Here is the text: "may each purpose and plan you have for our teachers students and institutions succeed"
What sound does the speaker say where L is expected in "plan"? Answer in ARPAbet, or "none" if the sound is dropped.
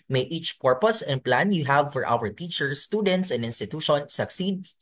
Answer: L